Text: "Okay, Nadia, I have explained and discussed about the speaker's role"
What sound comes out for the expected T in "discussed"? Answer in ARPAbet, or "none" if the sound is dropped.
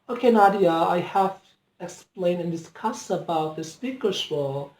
none